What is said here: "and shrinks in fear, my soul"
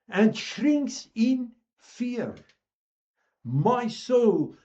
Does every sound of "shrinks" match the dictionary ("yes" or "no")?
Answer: yes